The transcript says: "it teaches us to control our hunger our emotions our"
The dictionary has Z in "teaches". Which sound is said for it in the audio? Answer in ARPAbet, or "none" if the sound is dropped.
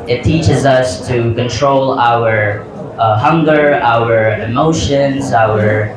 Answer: Z